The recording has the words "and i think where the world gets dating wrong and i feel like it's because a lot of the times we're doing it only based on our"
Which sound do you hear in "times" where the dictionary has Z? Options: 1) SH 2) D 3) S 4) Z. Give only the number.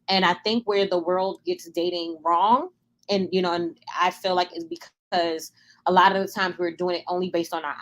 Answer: 4